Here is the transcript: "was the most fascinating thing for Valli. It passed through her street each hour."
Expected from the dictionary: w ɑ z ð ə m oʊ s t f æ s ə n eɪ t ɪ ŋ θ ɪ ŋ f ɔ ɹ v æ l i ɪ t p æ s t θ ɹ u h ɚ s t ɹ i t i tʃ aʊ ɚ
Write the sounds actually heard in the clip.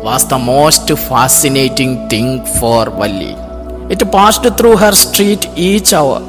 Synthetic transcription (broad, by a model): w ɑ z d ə m oʊ s t f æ s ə n eɪ t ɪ ŋ t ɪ ŋ f ɔ ɹ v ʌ l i ɪ t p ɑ s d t ɹ u h ɚ s t ɹ i t i tʃ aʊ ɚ